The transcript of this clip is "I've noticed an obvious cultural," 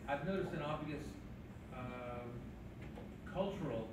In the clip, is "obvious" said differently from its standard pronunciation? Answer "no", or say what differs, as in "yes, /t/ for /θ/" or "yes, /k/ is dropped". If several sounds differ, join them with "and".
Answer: yes, /v/ is dropped